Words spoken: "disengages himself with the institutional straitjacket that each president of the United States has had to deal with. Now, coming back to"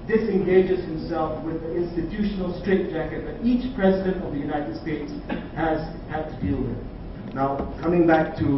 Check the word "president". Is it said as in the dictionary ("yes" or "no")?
yes